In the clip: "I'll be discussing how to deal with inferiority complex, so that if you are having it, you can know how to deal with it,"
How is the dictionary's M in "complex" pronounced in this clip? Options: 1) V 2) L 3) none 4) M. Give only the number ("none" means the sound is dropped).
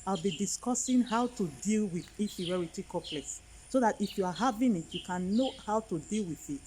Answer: 3